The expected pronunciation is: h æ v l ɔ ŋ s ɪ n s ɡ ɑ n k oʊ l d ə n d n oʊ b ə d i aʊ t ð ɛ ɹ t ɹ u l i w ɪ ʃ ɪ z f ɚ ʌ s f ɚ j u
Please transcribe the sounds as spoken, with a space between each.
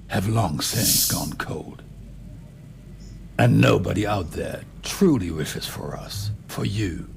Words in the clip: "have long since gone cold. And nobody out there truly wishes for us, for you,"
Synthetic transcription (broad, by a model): h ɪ v l ɔ ŋ s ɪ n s ɡ ɑ n k oʊ l d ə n n oʊ b ə d i aʊ t ð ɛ ɹ t ɹ u l i w ɪ ʃ ɪ z f ɚ ʌ s f ɚ j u